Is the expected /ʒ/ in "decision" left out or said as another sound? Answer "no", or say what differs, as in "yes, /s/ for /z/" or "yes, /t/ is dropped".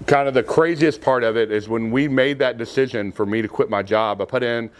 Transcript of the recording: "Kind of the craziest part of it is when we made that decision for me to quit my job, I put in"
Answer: no